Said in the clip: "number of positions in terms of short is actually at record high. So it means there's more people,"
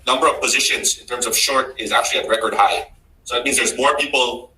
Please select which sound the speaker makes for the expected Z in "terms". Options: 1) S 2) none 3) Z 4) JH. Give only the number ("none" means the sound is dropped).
3